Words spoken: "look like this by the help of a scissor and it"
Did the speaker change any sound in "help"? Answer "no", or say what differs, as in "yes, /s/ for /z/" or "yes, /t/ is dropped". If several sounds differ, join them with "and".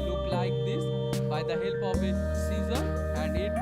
yes, /b/ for /p/